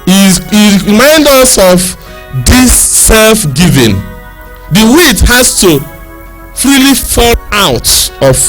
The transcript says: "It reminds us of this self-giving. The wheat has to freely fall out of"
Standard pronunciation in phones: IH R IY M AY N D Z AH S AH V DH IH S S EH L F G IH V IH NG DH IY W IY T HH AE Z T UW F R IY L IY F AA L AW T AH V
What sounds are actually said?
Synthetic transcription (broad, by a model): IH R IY M AY N D AH S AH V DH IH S S EH L F G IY V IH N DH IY W IY T HH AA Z T UW F R IY L IY F AA L AW T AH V